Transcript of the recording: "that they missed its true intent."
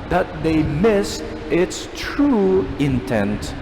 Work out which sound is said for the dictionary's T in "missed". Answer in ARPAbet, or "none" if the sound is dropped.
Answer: T